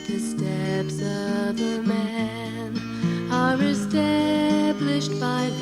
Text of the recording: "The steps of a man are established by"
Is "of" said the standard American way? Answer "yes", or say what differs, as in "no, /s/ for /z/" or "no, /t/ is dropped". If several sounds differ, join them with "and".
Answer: yes